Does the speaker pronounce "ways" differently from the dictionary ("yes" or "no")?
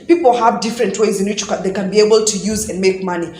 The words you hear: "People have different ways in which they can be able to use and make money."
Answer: no